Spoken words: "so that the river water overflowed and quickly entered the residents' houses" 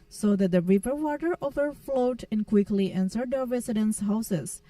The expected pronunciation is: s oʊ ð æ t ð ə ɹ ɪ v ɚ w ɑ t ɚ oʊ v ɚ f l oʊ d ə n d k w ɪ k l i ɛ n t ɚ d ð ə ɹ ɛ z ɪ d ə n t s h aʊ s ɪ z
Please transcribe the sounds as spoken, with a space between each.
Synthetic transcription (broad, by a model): s oʊ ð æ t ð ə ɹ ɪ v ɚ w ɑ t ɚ oʊ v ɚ f l oʊ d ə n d k w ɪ k l i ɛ n s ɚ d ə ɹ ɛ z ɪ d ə n s h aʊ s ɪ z